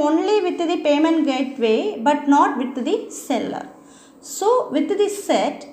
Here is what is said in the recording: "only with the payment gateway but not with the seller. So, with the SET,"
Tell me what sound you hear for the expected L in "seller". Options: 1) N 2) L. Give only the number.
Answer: 2